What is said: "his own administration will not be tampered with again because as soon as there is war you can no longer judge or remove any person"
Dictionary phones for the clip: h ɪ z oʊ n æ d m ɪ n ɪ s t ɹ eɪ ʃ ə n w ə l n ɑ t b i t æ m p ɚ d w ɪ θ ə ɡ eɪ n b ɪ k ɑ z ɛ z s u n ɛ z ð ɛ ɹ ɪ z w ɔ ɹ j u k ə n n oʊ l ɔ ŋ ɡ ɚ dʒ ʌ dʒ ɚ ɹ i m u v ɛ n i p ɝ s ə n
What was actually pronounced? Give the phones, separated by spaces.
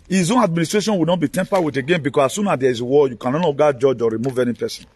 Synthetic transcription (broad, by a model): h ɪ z oʊ n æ d m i n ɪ s t ɹ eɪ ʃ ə n w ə n ɑ t b i t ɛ m p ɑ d w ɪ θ ə ɡ eɪ n b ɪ k ɑ s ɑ s u n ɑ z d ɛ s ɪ w ɔ j u k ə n n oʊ n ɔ ɡ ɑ dʒ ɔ dʒ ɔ ɹ i m u v ɛ n i p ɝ s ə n